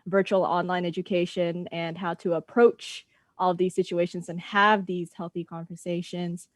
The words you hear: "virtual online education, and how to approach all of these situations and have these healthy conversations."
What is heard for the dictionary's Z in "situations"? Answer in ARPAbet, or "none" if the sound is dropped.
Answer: Z